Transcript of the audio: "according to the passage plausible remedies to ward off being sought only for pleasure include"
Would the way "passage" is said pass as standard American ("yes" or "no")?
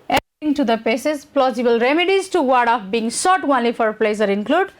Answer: no